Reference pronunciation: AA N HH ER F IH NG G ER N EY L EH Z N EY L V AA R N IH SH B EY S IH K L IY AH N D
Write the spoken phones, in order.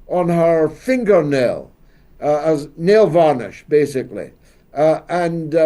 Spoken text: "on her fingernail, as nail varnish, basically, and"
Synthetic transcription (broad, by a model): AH N HH ER F IH NG G ER N EY L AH Z N EY L V AA R N IH SH B EY S IH K L IY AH N